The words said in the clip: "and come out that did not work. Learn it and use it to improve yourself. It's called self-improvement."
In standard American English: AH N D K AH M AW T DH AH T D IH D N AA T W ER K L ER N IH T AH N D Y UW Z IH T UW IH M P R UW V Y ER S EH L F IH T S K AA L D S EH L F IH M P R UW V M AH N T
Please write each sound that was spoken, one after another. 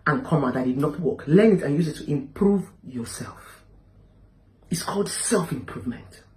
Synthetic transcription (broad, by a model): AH N K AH M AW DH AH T D IH D N AA T W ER K L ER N IH T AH N Y UW Z IH T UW IH M P R UW V Y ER S EH L F IH T S K AA L D S EH L F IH M P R UW V M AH N T